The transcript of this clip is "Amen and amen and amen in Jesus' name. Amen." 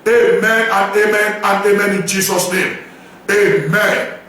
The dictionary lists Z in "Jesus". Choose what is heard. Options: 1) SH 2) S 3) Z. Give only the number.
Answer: 2